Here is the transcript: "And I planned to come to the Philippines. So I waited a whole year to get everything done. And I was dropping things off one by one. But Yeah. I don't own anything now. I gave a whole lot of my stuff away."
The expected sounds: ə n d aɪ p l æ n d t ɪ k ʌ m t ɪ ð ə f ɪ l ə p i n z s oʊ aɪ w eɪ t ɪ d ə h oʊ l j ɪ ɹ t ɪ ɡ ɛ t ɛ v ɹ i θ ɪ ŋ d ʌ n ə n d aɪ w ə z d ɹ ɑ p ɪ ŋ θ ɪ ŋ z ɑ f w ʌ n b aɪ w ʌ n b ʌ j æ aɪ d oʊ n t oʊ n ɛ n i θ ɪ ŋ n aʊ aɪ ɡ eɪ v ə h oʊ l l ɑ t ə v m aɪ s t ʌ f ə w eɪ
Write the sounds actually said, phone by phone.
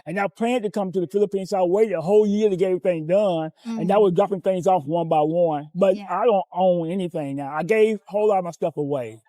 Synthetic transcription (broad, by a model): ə n aɪ p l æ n t ɪ k ʌ m t ɪ ð ə f ɪ l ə p i n s oʊ aɪ w eɪ t ɪ d ə h oʊ l j ɪ ɹ t ɪ ɡ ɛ ɛ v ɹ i θ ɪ ŋ d ʌ n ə n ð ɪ w ə z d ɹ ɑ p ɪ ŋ θ ɪ ŋ z ɑ f w ʌ n b aɪ w ʌ n b ʌ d aɪ d oʊ n t oʊ n ɛ n i θ ɪ ŋ n aʊ aɪ ɡ eɪ v h oʊ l l ɑ t ə v m aɪ s t ʌ f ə w eɪ